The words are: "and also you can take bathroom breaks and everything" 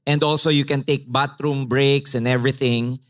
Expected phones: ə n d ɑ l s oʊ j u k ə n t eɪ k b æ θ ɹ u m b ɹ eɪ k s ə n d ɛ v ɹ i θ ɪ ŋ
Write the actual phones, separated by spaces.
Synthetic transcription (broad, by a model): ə n d ɑ l s oʊ j u k ə n t eɪ k b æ t ɹ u m b ɹ eɪ k s ə n d ɛ v ɹ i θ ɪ ŋ